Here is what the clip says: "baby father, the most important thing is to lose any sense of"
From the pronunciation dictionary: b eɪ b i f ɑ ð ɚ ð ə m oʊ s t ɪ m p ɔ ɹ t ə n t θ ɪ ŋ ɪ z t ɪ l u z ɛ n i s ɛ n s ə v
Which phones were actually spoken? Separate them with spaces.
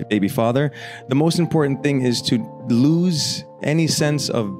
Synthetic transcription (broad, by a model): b eɪ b i f ɑ ð ɚ ð ə m oʊ s t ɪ m p ɔ ɹ t n θ ɪ ŋ ɪ z t ɪ l u z ɛ n i s ɛ n s ə v